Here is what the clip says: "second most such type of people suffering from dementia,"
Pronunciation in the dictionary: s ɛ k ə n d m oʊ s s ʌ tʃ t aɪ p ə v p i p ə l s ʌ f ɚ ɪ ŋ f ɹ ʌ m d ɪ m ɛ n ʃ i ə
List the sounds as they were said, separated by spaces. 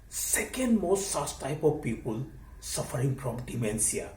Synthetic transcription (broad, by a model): s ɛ k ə n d m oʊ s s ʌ s t aɪ p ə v p i p ə l s ʌ f ɚ ɪ ŋ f ɹ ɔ m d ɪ m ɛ n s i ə